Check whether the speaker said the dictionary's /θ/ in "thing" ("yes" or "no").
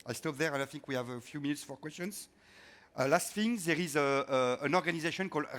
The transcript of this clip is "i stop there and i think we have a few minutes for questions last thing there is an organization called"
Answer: no